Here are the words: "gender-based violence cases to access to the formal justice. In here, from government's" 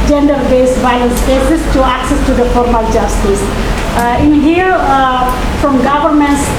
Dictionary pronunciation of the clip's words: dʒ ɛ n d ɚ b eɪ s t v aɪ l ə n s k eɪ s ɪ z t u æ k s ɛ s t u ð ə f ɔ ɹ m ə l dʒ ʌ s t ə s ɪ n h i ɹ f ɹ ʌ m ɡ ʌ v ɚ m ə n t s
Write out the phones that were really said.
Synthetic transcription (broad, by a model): dʒ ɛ n d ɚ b eɪ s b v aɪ ə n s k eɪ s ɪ s t u æ k s ɛ s t u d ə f ɔ ɹ m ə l dʒ ʌ s t ə s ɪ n h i ɹ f ɹ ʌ m ɡ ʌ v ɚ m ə n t s